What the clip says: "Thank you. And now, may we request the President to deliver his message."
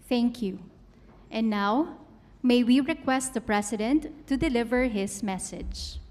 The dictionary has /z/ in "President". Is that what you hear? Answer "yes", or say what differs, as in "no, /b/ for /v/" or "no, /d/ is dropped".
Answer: no, /s/ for /z/